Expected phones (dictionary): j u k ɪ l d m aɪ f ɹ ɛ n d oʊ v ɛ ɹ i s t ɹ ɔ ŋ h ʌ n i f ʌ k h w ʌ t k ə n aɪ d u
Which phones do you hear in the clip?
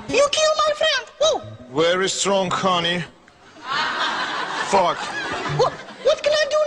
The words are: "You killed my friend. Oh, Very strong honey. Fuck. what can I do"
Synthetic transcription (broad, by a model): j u k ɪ l m aɪ f ɹ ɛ n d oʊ w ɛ ɹ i s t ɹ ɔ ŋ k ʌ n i f ʌ k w w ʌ t k ə n aɪ d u